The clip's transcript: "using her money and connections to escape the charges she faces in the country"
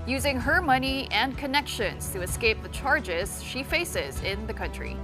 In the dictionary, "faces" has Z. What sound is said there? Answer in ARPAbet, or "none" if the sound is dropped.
Z